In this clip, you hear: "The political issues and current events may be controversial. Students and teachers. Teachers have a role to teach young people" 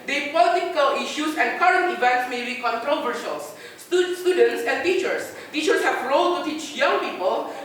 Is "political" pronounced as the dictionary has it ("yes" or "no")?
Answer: yes